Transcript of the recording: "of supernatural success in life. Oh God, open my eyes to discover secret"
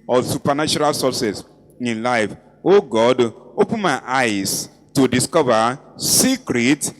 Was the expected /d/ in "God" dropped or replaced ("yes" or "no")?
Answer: no